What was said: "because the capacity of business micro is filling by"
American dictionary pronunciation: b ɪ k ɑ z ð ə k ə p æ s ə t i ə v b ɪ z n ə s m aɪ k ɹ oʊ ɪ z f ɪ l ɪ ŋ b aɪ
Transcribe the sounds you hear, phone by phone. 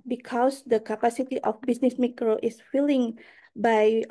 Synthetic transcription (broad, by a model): b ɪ k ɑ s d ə k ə p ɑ s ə t i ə f b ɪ s n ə s m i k ɹ oʊ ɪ s f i l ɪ ŋ b aɪ